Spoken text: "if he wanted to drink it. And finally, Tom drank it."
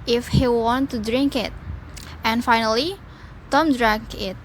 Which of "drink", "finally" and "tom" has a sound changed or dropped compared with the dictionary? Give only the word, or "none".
none